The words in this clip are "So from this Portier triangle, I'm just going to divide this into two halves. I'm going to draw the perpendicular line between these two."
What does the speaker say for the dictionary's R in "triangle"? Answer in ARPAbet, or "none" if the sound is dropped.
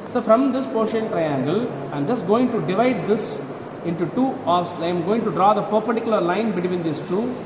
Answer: R